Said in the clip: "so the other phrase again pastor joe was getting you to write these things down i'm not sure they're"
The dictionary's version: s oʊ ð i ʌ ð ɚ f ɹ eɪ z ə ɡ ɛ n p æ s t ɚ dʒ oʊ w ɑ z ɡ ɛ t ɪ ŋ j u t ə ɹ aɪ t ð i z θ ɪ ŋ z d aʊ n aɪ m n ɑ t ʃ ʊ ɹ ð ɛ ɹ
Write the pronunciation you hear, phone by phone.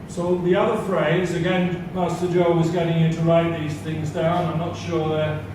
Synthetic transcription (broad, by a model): s oʊ ð i ʌ ð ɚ f ɹ eɪ z ə ɡ ɛ n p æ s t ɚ dʒ oʊ w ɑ z ɡ ɛ t ɪ ŋ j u t ə ɹ aɪ t ð i z θ ɪ ŋ z d aʊ n aɪ m n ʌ t ʃ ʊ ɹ ð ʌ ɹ